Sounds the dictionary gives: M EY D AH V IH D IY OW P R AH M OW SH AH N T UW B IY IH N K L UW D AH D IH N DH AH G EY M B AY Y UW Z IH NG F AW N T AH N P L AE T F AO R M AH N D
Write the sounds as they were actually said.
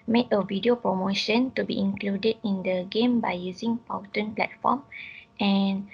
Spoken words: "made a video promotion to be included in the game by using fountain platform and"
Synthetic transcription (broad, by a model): M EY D AH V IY D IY OW P R AH M OW SH AH N T UW B IY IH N K L UW D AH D IH N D AH G EY M B AY Y UW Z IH NG P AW T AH N P L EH T F AO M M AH N